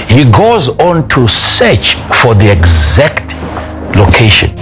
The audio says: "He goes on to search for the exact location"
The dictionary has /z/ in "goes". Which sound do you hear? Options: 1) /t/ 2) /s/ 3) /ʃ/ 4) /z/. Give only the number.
4